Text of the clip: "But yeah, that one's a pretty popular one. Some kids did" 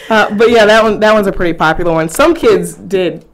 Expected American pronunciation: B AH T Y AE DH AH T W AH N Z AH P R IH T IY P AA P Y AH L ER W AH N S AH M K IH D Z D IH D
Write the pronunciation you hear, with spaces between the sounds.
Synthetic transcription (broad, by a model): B AH T Y AE DH AH T W AH N Z AH P R IH T IY P AA P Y L ER W AH N S AH M K IH D Z D IH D